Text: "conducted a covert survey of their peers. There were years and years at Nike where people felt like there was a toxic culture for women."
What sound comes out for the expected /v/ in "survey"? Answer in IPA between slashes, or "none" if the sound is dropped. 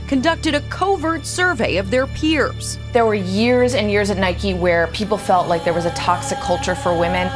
/v/